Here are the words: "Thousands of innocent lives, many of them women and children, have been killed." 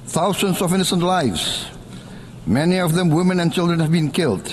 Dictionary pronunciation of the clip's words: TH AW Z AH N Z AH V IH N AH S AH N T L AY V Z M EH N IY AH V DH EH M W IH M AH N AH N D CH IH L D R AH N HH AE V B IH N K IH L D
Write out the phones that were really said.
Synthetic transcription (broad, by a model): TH AW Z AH N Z AH V IH N AH S AH N T L AY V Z M EH N IY AH V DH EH M W IH M AH N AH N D CH IH L D R AH N HH AE V B IH N K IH L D